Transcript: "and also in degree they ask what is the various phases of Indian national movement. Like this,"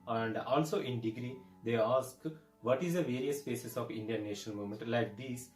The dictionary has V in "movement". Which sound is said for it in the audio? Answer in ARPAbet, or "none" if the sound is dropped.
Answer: none